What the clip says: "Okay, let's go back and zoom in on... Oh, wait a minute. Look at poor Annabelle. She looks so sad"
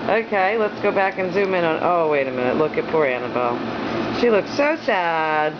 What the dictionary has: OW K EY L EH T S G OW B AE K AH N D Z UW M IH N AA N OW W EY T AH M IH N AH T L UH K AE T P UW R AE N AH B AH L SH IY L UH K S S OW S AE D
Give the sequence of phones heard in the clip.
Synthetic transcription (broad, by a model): OW K EY L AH T S G OW B AE K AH N Z UW M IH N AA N OW W EY T AH M IH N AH T L UH K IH T P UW R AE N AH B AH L SH IY L UH K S S OW S AE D